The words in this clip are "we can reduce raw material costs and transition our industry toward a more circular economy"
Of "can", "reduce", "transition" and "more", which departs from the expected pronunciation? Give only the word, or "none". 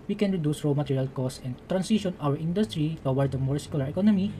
transition